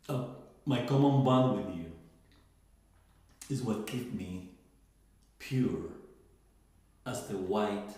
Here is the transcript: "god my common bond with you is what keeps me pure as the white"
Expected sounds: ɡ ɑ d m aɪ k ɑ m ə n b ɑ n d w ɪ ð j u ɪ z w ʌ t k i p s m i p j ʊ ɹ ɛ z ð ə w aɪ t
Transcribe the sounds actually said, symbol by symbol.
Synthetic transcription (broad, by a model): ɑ m aɪ k ɑ m ə n b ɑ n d w ɪ ð j u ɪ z w ʌ t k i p m i p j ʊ ɹ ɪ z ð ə w aɪ t